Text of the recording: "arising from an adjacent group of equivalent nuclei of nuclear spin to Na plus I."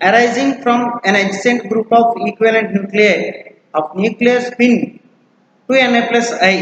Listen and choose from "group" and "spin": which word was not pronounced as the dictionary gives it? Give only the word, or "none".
spin